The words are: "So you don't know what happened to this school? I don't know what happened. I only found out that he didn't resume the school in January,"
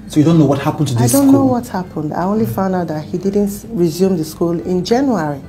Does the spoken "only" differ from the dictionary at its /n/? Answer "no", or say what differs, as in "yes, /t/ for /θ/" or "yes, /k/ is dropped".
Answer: no